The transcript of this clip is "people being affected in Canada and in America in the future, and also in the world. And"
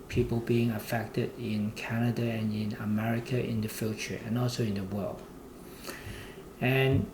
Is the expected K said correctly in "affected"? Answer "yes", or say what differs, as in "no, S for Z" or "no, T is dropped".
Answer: yes